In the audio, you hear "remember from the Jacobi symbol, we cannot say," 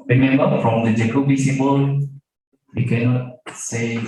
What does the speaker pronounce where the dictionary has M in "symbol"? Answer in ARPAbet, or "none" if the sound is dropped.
none